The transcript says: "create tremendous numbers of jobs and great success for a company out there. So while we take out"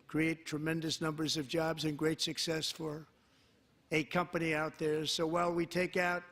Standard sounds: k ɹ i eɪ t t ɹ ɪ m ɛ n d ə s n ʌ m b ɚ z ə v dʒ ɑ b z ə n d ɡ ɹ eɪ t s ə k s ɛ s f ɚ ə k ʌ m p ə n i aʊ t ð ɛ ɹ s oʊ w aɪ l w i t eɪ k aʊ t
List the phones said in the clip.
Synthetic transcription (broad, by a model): k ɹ i eɪ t t ɹ ɪ m ɛ n d ə s n ʌ m b ɚ z ə v dʒ ɑ b z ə n ɡ ɹ eɪ t s ə k s ɛ s f ɚ ə k ʌ m p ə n i aʊ t ð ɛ ɹ s oʊ w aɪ l w i t eɪ k aʊ t